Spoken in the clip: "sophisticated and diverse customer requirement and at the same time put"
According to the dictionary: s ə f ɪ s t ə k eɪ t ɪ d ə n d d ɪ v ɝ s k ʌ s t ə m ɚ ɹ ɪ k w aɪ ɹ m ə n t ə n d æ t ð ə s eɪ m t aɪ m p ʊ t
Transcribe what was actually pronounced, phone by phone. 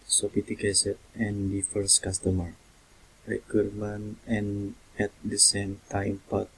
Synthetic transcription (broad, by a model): s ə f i t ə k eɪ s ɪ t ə n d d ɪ f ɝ s k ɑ s t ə m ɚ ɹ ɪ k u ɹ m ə n ə n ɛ t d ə s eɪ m t aɪ m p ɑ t